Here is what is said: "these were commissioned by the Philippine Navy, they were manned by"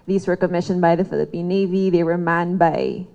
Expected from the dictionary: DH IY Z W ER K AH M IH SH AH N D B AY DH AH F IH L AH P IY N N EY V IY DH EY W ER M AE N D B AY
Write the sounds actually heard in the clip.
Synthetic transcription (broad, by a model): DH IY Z W ER K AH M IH SH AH N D B AY DH AH F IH L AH P IY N N EY V IY DH EY W ER M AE N B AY